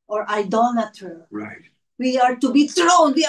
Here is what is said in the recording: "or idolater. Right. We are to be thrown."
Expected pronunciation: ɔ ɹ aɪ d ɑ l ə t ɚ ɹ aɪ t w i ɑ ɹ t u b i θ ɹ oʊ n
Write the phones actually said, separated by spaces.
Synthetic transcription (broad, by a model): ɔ ɹ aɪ d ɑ n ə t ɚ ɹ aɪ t w i ɑ ɹ t u b i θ ɹ oʊ n